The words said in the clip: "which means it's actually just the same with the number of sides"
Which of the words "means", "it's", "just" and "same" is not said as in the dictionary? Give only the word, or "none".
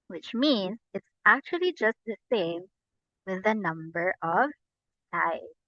none